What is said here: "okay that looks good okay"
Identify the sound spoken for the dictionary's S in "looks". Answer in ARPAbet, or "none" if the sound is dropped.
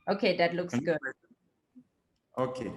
S